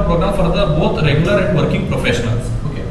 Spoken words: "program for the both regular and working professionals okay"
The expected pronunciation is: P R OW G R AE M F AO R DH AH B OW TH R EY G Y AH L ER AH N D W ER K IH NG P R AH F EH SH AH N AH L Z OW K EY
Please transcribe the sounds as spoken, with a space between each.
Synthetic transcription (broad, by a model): P R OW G R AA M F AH R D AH B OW T R EY G Y AH L ER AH N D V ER K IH NG P R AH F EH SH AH N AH L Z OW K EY